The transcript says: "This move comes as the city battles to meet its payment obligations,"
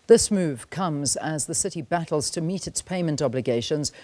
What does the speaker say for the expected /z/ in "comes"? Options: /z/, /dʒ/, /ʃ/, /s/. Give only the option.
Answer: /z/